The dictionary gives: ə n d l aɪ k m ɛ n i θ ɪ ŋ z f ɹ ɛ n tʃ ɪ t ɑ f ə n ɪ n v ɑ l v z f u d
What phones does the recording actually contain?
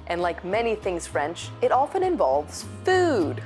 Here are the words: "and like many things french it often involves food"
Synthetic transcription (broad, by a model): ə n l aɪ k m ɛ n i θ ɪ ŋ z f ɹ ɛ n tʃ ɪ t ɑ f ə n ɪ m v ɑ l v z f u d